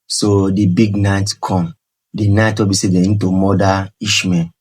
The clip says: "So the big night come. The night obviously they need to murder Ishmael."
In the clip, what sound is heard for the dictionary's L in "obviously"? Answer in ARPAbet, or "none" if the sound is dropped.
none